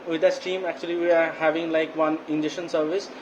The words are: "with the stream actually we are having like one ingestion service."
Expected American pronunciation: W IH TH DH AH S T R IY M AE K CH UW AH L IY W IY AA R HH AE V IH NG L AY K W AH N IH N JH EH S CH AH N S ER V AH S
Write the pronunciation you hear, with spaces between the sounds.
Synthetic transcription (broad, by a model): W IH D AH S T IY M AE K CH UW AH L IY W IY AA R HH AE V IH NG L AY K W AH N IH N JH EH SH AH N S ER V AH S